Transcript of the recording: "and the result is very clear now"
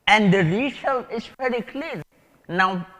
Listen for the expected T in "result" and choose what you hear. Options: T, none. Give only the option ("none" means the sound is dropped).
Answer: none